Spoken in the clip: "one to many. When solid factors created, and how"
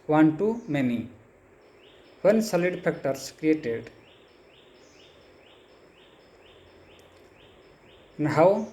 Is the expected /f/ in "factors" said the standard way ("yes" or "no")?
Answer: no